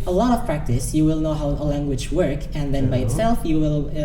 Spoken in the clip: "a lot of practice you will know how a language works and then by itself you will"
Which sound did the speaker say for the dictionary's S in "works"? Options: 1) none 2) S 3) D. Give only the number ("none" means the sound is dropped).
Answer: 1